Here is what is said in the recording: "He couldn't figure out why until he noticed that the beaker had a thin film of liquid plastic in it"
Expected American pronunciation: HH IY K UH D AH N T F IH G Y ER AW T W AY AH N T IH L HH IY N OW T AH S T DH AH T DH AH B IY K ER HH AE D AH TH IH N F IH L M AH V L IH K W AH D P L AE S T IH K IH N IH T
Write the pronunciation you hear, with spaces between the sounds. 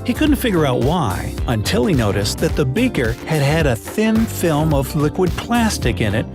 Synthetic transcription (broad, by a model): HH IY K UH D N T F IH G Y ER AW T W AY AH N T IH L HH IY N OW T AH S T DH AH T DH AH B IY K ER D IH D AH TH IH N F IH L M AH V L IH K W AH D P L AE S T IH K IH N IH T